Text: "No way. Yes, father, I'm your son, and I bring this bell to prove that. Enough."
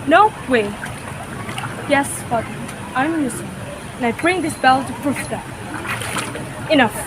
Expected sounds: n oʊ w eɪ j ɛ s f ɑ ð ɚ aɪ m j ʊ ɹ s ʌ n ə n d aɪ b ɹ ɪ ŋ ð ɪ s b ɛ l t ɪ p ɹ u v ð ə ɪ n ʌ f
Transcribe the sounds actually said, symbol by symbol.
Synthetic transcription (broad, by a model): n oʊ w eɪ j ɛ s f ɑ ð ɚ aɪ m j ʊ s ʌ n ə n aɪ b ɹ ɪ ŋ ð ɪ s b ɛ l t ɪ f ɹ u f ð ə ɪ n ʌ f